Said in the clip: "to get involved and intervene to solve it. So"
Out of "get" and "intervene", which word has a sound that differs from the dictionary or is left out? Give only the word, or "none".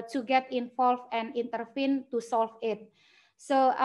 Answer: intervene